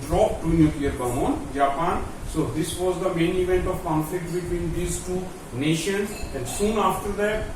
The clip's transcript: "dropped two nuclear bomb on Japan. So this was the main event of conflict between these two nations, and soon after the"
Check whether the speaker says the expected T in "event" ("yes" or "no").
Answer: yes